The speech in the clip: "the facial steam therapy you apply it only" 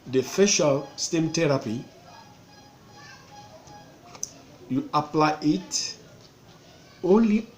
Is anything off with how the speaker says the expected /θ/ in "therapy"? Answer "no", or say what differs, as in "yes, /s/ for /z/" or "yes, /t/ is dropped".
yes, /t/ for /θ/